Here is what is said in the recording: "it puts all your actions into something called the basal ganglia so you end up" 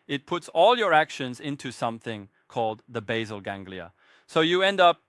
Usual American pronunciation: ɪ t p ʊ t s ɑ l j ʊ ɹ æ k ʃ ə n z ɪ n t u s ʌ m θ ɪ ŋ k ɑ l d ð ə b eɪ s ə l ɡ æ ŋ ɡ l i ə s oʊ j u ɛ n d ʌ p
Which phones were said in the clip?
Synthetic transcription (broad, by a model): ɪ t p ʊ t s ɑ l j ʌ ɹ æ k ʃ ə n z ɪ n t u s ʌ m θ ɪ ŋ k ɑ l d ð ə b eɪ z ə l ɡ æ ŋ ɡ l i ə s oʊ j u ɛ n d ʌ p